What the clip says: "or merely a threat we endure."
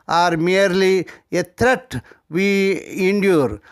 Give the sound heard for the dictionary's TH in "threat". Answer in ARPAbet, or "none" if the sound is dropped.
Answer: T